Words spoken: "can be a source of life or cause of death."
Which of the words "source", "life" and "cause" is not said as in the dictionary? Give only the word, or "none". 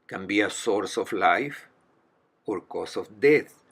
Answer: cause